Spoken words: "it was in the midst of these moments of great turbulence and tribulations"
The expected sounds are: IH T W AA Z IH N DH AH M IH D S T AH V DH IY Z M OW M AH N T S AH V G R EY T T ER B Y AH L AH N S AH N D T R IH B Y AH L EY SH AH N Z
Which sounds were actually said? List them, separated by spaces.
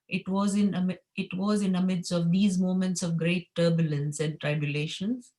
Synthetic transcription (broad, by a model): IH T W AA Z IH N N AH M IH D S AH V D IY Z M OW M AH N T S AH V G R EY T T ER B Y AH L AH N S AH N D T R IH B Y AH L EY SH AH N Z